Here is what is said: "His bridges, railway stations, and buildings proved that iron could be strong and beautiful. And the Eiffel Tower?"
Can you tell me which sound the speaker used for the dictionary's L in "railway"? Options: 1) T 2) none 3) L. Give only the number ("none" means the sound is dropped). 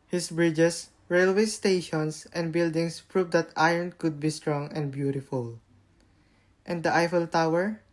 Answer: 3